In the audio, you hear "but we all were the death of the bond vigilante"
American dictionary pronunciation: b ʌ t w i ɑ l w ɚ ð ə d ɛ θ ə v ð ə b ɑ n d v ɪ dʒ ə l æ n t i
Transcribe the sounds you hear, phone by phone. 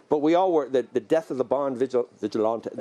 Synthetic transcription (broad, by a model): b ʌ t w i ɑ l w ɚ ð ə d ɛ θ ə v ð ə b ɑ n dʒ v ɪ dʒ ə l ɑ n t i